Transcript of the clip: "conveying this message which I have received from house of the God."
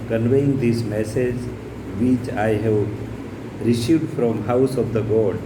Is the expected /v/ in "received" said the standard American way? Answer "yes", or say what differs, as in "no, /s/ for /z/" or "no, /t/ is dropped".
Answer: no, /v/ is dropped